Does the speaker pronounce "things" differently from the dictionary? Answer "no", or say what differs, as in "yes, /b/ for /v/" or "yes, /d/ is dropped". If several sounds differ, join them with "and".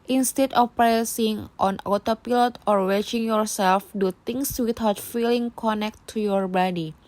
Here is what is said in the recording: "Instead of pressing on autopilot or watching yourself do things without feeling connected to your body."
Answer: yes, /t/ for /θ/ and /s/ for /z/